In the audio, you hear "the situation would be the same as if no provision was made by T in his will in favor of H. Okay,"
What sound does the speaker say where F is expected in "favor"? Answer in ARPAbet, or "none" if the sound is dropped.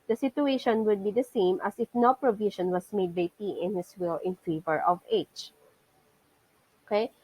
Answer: F